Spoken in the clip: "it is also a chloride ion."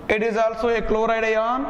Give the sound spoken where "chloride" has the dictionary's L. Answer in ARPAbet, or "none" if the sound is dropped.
L